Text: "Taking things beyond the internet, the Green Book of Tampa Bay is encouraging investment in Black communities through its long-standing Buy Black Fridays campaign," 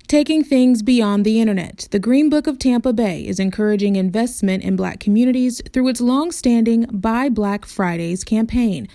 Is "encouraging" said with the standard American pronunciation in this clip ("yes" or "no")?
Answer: yes